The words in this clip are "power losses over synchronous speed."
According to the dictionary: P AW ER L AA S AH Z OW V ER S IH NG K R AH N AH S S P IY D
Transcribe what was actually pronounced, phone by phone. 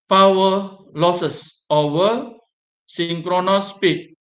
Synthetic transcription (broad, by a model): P AW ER L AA S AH S OW ER S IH NG K R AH N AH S S P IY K